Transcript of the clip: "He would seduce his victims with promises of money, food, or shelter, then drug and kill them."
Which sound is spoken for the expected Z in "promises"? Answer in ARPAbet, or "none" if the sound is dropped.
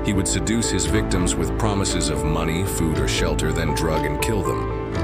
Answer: Z